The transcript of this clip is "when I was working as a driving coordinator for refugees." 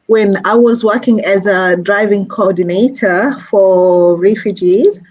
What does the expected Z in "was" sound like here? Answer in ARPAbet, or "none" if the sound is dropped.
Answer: Z